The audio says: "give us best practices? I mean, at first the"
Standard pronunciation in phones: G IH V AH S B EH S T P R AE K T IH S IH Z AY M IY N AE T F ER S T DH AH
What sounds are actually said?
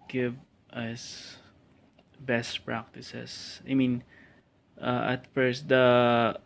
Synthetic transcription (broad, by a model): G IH V AH S B EH S T P R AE K T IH S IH S AY M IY N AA T F ER S T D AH